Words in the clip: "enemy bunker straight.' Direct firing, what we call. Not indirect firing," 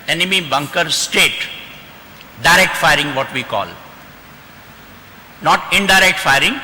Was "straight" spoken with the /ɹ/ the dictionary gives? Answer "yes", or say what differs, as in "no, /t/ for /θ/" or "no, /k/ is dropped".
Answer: no, /ɹ/ is dropped